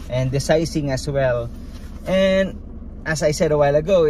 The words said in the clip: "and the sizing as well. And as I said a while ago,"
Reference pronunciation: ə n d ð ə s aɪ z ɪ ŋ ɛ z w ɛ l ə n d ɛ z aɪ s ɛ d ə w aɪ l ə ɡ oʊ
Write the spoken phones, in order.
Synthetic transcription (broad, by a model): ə n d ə s aɪ s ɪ ŋ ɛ s w ɛ l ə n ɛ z aɪ s ɛ d ə w aɪ l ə ɡ oʊ